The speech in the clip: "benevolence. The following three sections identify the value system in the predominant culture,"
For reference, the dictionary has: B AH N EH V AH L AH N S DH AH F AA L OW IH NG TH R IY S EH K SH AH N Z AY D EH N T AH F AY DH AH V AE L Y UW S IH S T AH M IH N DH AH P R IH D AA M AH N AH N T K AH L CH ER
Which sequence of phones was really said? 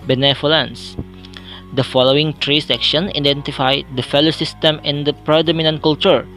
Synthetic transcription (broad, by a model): B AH N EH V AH L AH N S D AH F AA L OW IH NG T R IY S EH K SH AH N AY D EH N T AH F AY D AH F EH L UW S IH S T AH M IH N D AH P R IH D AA M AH N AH N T K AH L CH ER